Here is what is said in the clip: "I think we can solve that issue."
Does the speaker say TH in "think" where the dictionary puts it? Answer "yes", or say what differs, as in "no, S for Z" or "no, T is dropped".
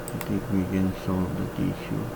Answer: no, T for TH